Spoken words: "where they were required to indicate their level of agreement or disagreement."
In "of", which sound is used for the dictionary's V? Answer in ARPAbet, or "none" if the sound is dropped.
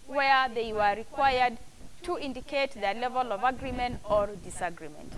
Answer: V